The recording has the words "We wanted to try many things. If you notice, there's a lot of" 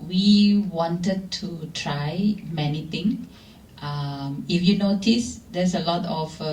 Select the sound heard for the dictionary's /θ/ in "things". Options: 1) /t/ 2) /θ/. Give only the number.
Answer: 1